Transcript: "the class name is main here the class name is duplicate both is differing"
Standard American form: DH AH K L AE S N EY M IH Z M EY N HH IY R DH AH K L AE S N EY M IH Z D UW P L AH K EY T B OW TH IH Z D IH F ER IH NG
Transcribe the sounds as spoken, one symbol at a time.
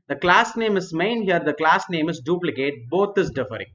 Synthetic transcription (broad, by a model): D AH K L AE S N EY M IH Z M EY N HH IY R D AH K L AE S N EY M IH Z D UW P L AH K EY T B OW T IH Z D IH F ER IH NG